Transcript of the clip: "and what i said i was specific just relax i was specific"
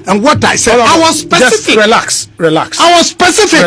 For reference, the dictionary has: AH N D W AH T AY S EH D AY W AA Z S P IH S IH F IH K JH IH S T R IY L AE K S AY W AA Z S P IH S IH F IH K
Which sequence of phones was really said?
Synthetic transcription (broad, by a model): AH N W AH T AY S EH AY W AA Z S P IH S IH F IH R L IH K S R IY L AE K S AY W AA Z S P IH S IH F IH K